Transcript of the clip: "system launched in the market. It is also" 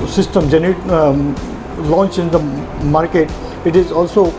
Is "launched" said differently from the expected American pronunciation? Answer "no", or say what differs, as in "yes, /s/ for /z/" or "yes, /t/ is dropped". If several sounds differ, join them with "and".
yes, /t/ is dropped